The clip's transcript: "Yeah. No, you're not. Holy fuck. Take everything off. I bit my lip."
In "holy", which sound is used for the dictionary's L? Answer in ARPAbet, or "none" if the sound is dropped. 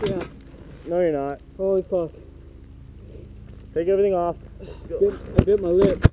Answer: none